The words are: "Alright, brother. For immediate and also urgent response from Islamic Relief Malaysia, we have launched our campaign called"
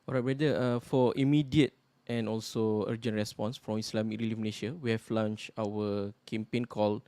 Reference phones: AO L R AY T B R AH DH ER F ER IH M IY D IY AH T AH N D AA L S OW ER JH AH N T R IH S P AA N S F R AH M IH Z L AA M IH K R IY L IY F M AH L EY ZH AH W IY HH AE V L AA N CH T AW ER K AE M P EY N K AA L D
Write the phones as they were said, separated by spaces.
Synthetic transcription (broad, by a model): AO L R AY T B R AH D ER F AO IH M IY D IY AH T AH N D AA L S OW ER JH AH N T R IH S P AA N S F R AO M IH S L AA M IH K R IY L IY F M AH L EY SH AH W IY HH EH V L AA N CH AW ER K AE M P EY N K AA L